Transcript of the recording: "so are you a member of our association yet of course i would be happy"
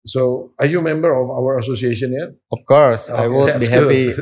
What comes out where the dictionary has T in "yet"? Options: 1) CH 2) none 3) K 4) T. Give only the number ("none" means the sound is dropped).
2